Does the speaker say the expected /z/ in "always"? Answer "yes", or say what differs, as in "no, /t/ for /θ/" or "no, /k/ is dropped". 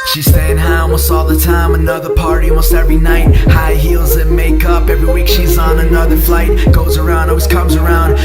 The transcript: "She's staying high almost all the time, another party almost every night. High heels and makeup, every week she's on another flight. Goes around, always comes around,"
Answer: no, /s/ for /z/